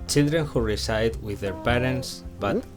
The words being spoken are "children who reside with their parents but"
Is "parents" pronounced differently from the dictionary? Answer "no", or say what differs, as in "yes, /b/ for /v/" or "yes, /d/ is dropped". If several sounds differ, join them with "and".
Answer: no